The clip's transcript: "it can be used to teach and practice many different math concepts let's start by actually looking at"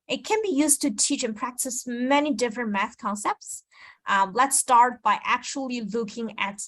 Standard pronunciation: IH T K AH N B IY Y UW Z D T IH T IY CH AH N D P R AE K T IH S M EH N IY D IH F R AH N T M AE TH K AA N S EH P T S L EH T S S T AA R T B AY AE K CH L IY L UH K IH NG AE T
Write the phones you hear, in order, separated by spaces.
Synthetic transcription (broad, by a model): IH T K AH N B IY Y UW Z T IH T IY CH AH N P R AE K T IH S M EH N IY D IH F R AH N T M AE TH K AA N S EH P T S L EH T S S T AA R T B AY AE K CH L IY L UH K IH NG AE T